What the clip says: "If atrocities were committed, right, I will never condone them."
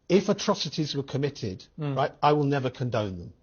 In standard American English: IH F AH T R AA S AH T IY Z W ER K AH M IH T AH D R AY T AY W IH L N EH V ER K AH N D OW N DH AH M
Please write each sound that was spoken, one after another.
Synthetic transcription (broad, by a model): IH F AH T R AA S AH T IY Z W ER K AH M IH T AH D R AY T AY W IH L N EH V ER K AH N D OW N DH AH M